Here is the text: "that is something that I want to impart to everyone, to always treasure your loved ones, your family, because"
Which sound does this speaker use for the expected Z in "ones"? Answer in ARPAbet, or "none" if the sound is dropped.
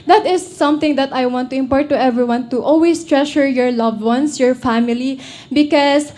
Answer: S